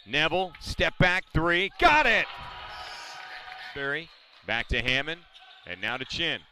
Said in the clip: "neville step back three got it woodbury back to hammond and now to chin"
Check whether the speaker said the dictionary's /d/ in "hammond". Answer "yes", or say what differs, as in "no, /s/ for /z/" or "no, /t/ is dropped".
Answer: no, /d/ is dropped